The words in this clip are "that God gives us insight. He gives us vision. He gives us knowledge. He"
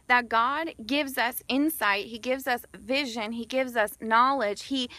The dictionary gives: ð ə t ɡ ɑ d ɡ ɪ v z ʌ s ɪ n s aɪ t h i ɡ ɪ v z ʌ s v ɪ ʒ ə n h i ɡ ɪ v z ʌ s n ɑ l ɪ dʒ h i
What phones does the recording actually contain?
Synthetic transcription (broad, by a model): ð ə t ɡ ɑ d ɡ ɪ v z ʌ s ɪ n s aɪ t h i ɡ ɪ v z ʌ s v ɪ ʒ ə n i ɡ ɪ v z ʌ s n ɑ l ɪ dʒ h i